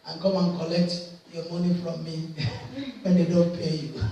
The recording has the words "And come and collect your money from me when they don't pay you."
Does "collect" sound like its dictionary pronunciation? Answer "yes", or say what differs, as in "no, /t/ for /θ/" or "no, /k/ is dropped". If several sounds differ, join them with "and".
yes